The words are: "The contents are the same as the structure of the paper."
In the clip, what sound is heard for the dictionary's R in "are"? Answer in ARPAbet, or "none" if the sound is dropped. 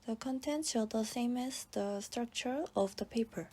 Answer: L